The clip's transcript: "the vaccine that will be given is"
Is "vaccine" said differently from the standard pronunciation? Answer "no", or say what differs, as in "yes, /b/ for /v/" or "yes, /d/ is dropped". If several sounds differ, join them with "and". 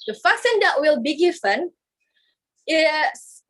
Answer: yes, /f/ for /v/